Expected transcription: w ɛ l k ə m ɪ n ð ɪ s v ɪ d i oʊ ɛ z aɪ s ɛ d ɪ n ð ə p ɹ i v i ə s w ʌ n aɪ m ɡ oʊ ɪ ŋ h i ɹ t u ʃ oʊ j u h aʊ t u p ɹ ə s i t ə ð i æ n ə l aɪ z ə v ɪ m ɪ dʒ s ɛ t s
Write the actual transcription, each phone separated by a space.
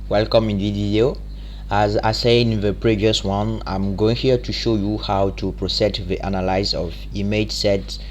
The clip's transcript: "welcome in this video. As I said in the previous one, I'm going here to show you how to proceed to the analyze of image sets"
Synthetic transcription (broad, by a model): w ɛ l k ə m ɪ n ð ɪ v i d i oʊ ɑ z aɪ s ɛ ɪ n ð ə p ɹ i v i ə s w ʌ n aɪ m ɡ oʊ ɪ ŋ h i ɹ t u ʃ oʊ j u h aʊ t u p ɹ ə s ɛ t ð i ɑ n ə l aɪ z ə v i m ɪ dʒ s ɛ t